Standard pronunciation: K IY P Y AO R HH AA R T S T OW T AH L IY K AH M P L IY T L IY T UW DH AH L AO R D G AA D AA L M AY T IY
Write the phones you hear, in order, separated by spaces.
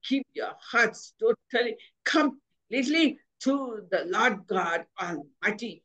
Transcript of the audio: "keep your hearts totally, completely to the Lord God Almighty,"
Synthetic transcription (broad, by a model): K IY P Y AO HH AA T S T OW T AH L IY K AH M L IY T L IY T UW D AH L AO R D G AA D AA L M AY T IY